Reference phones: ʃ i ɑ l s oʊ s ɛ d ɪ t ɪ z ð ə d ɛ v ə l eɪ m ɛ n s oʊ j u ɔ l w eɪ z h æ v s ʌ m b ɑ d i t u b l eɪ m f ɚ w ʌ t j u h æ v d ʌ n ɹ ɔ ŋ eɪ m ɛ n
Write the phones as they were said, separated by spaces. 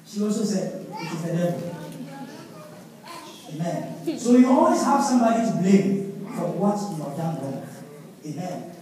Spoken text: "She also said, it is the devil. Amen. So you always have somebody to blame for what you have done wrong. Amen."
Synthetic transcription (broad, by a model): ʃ i ɑ l s oʊ s ɛ d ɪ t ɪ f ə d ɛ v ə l eɪ m ɛ n s oʊ j u ɔ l w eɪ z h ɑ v s ʌ m b ɑ d i t u b l eɪ m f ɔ w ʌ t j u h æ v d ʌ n w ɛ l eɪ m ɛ n